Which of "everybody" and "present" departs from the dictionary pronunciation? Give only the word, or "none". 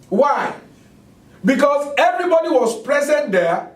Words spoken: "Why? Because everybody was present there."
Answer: none